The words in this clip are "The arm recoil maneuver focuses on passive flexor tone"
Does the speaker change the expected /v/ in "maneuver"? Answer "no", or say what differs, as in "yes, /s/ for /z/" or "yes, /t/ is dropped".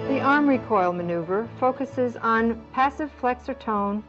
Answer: no